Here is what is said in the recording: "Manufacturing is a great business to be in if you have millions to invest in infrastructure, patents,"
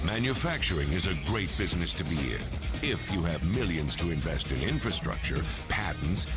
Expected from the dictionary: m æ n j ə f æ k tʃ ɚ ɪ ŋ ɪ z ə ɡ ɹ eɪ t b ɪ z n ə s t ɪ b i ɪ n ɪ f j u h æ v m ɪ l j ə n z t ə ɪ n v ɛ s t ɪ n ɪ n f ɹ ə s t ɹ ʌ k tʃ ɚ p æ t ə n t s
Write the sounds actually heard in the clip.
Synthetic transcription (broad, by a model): m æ n j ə f æ k tʃ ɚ ɪ ŋ ɪ z ə ɡ ɹ eɪ t b ɪ z n ə s t ɪ b i ɪ n ɪ f j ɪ v m ɪ l j ə n z t ə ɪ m v ɛ s t ɪ n ɪ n f ɹ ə s t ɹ ʌ k tʃ ɚ p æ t n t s